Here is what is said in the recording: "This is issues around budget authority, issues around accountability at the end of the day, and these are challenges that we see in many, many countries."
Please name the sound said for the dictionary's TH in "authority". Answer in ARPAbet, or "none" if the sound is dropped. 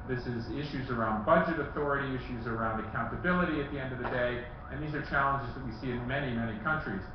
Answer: TH